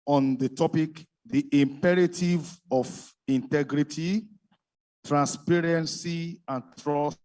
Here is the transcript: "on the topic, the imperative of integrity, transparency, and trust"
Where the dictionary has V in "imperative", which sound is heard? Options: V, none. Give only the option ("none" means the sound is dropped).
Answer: V